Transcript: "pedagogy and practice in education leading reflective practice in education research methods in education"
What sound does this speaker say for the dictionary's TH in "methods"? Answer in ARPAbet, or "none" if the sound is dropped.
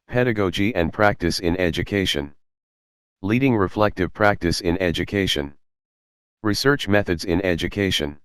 TH